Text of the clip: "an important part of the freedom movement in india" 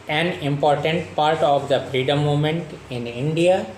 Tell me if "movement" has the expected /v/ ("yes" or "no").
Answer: no